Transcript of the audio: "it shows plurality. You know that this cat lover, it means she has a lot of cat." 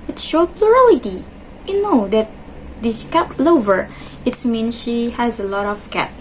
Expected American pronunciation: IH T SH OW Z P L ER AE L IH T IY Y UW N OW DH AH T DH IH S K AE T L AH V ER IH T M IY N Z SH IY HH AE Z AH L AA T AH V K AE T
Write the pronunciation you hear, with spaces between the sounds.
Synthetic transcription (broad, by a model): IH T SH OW P L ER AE L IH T IY Y UW N OW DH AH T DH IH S K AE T L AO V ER IH T M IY N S SH IY HH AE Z AH L AA T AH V K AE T